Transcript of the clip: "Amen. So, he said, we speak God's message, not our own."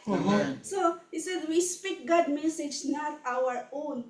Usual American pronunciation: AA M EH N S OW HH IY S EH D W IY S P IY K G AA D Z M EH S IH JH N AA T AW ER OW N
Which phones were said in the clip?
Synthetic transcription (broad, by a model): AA S OW HH IY S EH D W IY S P IY K G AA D M EH S IH JH N AA T AW ER OW N